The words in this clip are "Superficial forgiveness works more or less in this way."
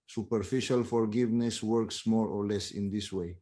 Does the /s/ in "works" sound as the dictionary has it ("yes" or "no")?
yes